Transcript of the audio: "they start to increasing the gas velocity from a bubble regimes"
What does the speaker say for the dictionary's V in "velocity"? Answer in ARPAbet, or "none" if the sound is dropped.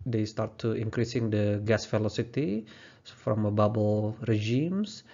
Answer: F